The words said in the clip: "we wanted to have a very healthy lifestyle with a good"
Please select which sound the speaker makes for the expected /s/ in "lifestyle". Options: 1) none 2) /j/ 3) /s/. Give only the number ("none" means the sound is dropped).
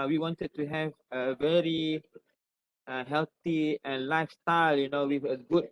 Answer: 3